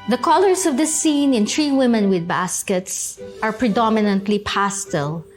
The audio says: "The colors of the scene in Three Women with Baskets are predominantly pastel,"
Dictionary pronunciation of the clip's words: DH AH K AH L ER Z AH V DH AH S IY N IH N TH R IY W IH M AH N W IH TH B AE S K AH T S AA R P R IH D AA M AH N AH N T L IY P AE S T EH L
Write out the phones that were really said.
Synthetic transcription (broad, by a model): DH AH K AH L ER S AH V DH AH S IY N IH N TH R IY W IH M AH N W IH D B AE S K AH T S AA R P R IH D AA M AH N AH N T L IY P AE S T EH L